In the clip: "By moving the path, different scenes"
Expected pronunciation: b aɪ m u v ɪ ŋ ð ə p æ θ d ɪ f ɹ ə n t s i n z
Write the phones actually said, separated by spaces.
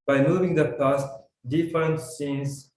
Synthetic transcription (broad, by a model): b aɪ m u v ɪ ŋ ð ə p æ t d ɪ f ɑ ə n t s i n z